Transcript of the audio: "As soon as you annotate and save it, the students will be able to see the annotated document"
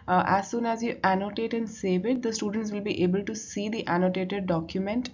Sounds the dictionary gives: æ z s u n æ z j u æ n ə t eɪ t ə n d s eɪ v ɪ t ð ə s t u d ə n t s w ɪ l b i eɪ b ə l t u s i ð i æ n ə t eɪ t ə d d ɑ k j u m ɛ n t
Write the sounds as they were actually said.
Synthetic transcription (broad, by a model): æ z s u n æ z j u æ n ə t eɪ t ə n d s eɪ v ɪ t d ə s t u d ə n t s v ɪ l b i eɪ b ə l t u s i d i æ n ə t eɪ t ə d d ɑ k j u m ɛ n t